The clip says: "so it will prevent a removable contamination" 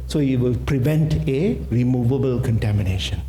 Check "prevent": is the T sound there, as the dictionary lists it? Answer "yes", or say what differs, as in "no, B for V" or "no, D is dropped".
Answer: yes